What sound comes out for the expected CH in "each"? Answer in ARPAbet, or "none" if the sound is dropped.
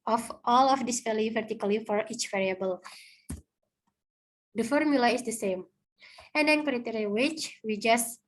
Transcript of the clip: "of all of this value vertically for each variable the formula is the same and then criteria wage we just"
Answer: CH